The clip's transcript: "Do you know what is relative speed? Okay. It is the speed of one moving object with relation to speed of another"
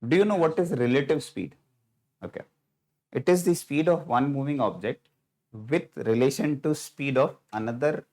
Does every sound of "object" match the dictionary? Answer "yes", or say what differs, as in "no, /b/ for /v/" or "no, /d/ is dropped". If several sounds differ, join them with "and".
yes